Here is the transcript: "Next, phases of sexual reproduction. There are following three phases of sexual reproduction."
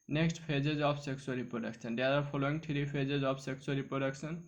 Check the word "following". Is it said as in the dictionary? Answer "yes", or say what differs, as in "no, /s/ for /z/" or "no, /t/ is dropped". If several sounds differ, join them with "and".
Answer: no, /p/ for /f/